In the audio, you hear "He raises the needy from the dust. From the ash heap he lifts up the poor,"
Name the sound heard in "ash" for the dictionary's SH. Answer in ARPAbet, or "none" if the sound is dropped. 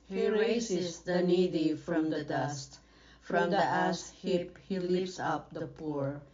S